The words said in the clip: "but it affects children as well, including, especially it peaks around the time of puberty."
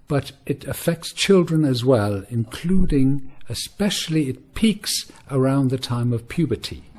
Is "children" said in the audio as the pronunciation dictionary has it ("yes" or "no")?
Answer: yes